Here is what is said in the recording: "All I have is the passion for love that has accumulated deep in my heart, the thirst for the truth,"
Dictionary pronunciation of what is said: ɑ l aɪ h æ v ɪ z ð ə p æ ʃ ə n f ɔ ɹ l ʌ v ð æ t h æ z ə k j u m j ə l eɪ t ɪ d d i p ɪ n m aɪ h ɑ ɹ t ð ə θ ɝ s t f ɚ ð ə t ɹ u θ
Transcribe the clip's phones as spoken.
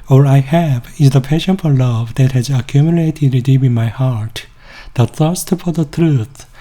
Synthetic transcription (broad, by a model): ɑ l aɪ h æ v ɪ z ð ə p æ ʃ ə n f ɔ ɹ l ʌ v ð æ t h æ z ə k j u m j ə l eɪ t ɪ d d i b ɪ n m aɪ h ɑ ɹ t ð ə θ ɝ s t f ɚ ð ə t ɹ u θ